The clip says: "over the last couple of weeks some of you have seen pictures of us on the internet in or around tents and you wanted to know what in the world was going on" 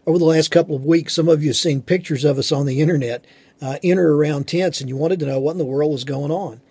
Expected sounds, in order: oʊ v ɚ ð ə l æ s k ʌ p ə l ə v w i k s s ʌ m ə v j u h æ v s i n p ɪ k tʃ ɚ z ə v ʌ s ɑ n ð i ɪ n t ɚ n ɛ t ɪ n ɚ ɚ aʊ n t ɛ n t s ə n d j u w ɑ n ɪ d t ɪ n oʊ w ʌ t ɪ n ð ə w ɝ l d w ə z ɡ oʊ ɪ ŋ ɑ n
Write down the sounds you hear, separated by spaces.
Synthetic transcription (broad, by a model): oʊ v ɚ ð ə l æ s k ʌ p l ə v w i k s s ʌ m ə v j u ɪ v s i n p ɪ k tʃ ɚ z ə v ʌ s n ð i ɪ t ɚ n ɛ t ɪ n ɚ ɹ aʊ n t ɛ n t s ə n j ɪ w ɑ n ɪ d t ɪ n oʊ w ʌ t n ð ə w ɝ l d w ə z ɡ oʊ ɪ ŋ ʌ n